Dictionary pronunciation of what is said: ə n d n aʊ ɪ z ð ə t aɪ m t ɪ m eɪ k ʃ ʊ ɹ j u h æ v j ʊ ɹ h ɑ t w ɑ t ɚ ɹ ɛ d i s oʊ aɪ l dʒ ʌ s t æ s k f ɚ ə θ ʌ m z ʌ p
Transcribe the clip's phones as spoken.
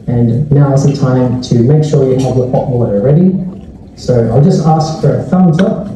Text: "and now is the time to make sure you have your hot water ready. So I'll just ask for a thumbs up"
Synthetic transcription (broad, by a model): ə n n aʊ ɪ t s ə t aɪ m t ɪ m eɪ k ʃ ʊ ɹ j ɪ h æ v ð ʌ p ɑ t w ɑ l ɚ ɹ ɛ d i s oʊ aɪ l dʒ ʌ s t æ s k f ɚ ə f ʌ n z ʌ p